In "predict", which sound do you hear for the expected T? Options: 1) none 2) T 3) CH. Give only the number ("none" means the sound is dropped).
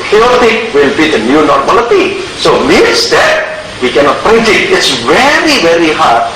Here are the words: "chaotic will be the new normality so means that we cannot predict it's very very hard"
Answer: 1